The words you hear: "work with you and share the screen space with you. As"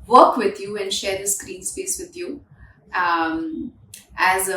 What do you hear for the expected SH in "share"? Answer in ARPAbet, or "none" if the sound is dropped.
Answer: SH